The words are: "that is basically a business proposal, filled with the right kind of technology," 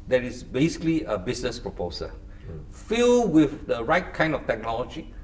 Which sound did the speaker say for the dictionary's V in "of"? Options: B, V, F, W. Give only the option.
F